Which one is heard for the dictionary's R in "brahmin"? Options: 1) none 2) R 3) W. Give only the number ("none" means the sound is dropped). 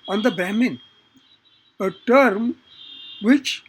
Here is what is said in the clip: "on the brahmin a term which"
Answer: 1